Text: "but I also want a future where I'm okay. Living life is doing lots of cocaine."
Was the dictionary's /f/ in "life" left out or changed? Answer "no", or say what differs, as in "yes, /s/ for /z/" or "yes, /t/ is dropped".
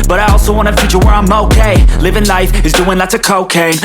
no